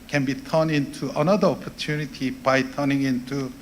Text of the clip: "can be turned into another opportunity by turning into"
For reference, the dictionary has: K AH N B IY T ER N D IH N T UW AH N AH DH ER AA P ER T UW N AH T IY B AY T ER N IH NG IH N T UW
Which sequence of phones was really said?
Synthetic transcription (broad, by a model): K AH N B IY T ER N IH N T UW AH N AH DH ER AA P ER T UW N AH T IY B AY T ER N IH NG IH N T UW